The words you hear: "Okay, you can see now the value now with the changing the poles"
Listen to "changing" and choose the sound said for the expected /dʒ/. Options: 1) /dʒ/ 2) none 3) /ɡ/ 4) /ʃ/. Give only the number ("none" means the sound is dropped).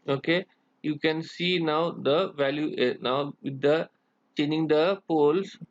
2